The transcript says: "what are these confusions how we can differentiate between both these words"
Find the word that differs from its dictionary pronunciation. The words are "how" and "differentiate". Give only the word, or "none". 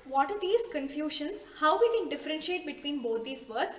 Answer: none